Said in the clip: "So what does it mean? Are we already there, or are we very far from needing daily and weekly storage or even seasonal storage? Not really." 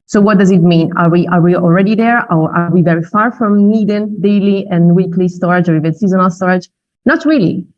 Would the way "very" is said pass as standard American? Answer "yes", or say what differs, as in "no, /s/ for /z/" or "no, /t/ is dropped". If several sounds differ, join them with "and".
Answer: yes